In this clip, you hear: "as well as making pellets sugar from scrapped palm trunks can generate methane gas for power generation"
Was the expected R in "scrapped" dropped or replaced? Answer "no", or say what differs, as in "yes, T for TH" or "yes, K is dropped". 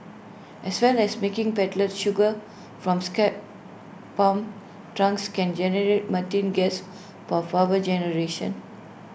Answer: yes, R is dropped